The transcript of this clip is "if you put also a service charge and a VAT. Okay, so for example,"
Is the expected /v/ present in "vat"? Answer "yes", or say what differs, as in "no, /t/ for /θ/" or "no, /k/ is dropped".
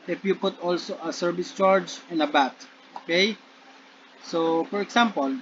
no, /b/ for /v/